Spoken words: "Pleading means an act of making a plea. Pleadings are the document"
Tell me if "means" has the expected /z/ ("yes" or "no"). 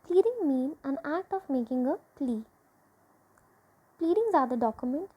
no